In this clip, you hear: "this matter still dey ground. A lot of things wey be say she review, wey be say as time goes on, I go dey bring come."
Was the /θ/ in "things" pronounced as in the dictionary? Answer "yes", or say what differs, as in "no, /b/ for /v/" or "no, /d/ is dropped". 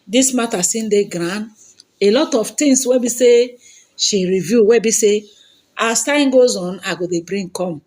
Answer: no, /t/ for /θ/